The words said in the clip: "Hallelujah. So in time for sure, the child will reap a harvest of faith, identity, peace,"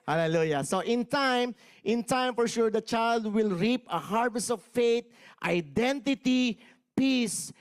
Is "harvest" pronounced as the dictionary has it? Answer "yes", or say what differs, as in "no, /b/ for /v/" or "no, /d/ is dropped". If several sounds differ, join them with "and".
yes